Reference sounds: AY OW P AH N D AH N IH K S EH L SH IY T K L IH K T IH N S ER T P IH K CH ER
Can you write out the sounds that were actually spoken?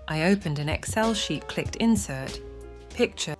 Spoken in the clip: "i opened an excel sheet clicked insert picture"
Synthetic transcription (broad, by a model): AY OW P AH N D AH N IH K S EH L SH IY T K L IH K T IH N S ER T P IH K CH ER